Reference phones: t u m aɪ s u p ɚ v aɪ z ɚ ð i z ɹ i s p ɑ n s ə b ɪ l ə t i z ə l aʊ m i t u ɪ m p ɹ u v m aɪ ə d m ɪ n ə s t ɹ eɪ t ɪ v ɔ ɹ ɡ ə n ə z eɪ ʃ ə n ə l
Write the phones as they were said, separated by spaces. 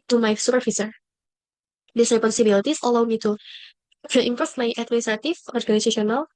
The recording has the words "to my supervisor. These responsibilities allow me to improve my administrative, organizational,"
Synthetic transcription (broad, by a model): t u m aɪ s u p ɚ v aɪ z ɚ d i s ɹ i p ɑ n s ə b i l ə t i s ə l aʊ m i t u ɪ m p ɔ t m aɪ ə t m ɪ n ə s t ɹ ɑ t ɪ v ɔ ɹ ɡ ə n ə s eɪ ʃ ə n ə l